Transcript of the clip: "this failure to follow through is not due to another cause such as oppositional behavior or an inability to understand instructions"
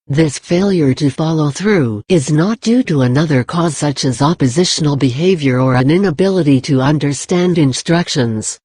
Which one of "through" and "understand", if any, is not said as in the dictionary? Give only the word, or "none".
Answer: none